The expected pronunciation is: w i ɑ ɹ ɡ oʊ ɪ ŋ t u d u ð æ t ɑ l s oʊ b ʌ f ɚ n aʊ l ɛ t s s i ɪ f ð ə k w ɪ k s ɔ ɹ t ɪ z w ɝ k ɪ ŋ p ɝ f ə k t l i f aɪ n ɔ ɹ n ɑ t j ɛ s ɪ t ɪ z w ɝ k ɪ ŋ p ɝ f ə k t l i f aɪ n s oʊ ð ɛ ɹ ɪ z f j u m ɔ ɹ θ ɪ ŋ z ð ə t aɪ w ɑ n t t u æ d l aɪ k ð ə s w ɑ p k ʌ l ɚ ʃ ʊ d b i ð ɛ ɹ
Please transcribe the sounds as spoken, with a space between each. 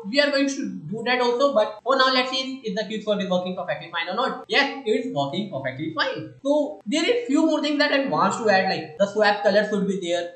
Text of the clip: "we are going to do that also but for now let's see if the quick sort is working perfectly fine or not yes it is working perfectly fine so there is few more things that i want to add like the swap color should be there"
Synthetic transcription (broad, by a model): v i ɑ ɹ ɡ oʊ ɪ ŋ t u d u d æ t ɑ l s oʊ b ʌ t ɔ n aʊ l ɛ t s s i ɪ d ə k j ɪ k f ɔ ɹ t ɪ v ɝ k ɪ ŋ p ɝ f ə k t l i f aɪ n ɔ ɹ n ɑ t j ɛ s ɪ t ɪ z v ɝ k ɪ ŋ p ɝ f ə k t l i f aɪ n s oʊ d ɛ ɹ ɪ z f j u m ɔ ɹ t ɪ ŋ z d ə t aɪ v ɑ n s t u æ d l aɪ k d ə s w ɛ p k ʌ l ɚ s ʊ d b i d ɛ ɹ